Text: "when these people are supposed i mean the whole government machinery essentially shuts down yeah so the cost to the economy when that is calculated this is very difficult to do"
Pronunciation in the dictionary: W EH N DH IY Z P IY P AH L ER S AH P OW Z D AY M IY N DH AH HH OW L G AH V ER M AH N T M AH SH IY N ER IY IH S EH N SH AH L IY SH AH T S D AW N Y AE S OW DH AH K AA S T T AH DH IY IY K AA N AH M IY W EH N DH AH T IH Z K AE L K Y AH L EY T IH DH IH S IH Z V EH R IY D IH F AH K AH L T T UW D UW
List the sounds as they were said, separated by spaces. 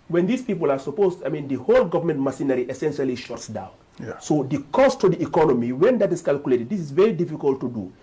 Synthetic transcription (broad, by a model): W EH N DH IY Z P IY P AH L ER S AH P OW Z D AY M IY N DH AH HH OW L G AH V ER M AH N T M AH S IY N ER IY IH S EH N SH AH L IY SH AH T S D AW N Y S OW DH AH K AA S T T AH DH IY IY K AA N AH M IY W EH N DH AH T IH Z K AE L K Y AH L EY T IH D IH S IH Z V EH R IY D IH F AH K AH L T T UW D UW